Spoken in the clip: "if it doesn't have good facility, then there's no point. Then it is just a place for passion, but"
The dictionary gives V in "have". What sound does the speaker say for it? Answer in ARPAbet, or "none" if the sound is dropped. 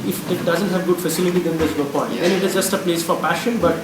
V